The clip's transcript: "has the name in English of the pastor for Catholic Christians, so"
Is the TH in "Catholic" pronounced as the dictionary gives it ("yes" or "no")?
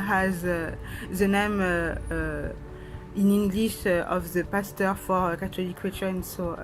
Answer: no